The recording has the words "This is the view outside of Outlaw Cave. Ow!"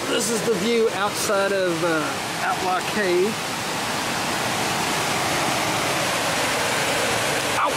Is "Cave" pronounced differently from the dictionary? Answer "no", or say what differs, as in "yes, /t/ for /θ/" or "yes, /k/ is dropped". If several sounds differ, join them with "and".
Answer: yes, /v/ is dropped